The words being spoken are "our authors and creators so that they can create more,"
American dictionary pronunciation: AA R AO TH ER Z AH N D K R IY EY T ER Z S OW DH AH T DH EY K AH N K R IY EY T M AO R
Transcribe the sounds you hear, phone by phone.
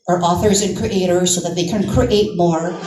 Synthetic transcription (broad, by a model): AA R AO TH ER Z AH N K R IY EY T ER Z S OW DH AH T DH EY K AH N K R IY EY T M AO R